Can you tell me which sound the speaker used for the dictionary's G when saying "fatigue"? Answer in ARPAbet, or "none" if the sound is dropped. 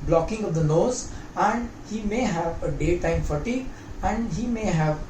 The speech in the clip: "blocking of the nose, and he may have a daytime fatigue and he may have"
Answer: none